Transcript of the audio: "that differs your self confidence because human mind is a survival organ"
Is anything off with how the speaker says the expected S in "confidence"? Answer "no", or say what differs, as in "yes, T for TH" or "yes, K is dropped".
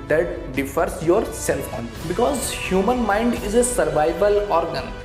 yes, S is dropped